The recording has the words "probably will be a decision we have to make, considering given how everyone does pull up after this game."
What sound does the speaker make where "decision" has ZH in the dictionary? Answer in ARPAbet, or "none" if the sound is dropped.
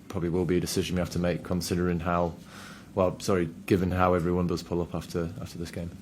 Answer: ZH